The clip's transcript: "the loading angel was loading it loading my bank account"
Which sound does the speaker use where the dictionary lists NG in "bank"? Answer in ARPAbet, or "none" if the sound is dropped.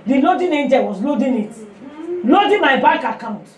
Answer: none